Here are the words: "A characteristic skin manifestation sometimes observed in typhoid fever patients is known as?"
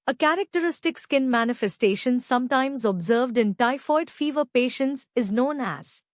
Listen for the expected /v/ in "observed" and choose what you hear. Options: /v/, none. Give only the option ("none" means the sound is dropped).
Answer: /v/